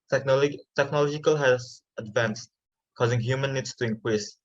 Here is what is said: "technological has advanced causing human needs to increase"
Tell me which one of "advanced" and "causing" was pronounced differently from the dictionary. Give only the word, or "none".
none